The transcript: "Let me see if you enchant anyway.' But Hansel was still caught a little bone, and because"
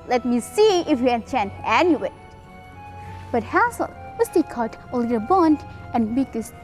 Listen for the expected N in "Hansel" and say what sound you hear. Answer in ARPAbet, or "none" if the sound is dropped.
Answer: none